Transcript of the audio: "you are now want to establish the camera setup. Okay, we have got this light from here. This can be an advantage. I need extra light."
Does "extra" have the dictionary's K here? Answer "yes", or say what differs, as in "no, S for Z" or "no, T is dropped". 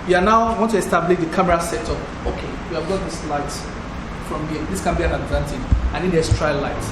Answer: no, K is dropped